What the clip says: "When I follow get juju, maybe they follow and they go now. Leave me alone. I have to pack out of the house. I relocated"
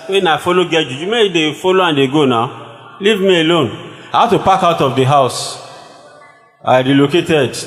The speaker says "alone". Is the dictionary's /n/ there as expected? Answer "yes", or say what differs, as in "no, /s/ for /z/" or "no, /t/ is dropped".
yes